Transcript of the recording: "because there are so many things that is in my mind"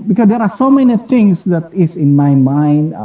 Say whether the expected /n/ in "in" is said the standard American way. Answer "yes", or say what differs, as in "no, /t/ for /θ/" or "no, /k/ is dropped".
yes